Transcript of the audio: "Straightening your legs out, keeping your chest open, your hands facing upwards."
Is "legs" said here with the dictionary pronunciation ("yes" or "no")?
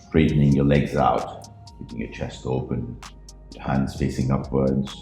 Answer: yes